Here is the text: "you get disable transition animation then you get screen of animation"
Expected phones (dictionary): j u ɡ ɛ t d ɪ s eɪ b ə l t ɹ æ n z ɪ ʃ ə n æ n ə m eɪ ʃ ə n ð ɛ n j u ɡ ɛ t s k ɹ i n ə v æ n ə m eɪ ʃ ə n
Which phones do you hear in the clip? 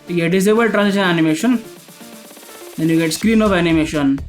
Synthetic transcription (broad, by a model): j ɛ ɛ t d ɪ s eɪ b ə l t ɹ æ n s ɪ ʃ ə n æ n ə m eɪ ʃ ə n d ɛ n j u ɡ ɛ t s k ɹ i n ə f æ n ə m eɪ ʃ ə n